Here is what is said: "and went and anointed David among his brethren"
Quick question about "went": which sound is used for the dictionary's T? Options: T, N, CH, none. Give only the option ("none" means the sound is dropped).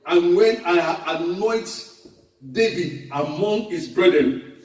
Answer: none